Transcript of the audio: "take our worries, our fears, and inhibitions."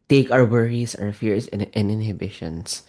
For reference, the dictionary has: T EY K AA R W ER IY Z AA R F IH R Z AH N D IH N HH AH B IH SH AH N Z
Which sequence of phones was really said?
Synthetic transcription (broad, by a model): T EY K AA W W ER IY S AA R F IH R S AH N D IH N HH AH B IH SH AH N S